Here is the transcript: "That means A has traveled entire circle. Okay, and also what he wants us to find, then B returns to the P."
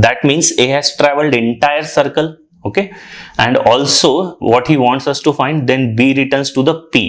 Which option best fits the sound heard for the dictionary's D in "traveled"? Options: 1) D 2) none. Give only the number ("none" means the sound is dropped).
1